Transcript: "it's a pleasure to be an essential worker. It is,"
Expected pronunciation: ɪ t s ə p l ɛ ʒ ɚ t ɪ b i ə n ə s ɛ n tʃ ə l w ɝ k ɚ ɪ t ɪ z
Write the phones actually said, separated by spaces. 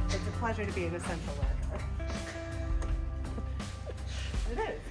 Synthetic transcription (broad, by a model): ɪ t s ə p l ɛ ʒ ɚ t ɪ b i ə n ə s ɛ n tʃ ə l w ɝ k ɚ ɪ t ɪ